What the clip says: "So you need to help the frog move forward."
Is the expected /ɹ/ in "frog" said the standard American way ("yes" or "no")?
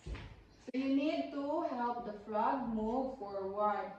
no